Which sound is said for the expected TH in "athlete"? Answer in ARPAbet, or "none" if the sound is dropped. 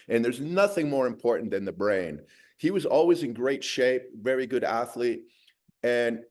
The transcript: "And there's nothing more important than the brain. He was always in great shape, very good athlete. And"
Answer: TH